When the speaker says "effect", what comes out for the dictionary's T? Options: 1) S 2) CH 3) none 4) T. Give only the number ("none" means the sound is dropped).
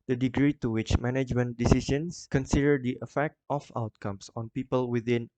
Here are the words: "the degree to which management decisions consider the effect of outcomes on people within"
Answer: 4